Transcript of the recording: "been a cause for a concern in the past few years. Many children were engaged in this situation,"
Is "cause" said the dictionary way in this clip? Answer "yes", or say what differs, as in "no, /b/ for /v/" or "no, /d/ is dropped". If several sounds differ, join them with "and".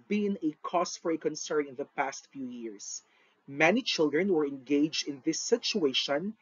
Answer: no, /s/ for /z/